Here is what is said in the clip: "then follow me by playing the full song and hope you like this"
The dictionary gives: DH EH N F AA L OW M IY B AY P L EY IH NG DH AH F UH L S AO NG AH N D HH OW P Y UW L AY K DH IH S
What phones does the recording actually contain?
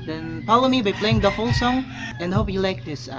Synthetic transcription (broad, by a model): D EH N P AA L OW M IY B AY P L EY IH NG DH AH F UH L S AO NG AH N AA HH OW P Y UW L AY K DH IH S